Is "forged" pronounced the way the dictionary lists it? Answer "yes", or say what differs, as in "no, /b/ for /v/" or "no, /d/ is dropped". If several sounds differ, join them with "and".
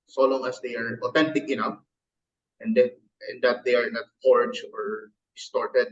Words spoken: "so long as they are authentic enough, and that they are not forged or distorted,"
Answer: no, /d/ is dropped